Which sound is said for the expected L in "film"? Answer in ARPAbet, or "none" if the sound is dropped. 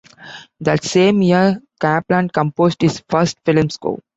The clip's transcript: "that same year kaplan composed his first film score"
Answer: L